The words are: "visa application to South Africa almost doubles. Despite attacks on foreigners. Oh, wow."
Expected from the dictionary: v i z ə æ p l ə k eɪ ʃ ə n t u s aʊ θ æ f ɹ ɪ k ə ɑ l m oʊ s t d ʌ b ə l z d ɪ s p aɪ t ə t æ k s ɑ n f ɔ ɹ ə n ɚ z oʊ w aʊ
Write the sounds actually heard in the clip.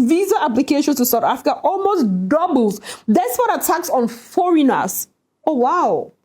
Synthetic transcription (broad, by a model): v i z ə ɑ p l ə k eɪ ʃ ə n t u s aʊ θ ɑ f ɹ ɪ k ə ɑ l m oʊ s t d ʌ b l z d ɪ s f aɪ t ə t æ k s ɑ n f ɔ ɹ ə n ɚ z oʊ w aʊ